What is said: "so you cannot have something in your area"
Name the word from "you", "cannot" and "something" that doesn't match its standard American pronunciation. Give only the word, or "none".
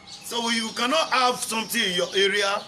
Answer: something